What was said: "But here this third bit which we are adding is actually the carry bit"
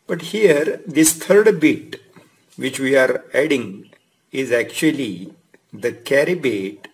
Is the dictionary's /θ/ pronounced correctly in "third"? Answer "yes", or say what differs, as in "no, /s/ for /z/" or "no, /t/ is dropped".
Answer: no, /t/ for /θ/